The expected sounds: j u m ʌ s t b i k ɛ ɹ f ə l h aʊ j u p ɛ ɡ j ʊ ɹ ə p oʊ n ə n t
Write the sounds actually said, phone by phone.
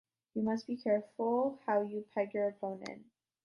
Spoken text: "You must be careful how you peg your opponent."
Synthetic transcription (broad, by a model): j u m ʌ s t b i k ɛ ɹ f l h aʊ j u p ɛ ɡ j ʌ ɹ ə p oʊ n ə n